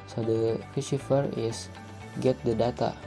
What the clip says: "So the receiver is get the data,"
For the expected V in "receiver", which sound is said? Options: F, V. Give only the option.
F